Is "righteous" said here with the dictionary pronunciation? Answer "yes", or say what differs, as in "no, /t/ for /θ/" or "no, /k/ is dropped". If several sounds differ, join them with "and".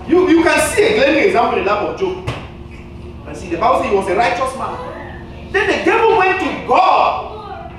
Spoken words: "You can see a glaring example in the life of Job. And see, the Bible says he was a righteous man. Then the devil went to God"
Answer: yes